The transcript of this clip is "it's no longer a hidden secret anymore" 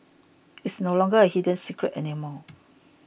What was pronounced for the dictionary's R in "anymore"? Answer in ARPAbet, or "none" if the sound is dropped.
L